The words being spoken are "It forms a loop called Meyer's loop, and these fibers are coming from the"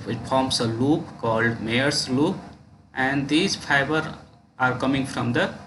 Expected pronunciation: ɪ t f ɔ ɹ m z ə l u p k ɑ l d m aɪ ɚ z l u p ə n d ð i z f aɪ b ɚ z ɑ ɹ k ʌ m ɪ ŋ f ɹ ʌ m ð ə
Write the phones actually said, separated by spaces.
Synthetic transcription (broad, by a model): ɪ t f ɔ ɹ m s ə l u p k ɑ l d m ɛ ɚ s l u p ə n d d i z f aɪ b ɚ ɑ ɹ k ʌ m ɪ ŋ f ɹ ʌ m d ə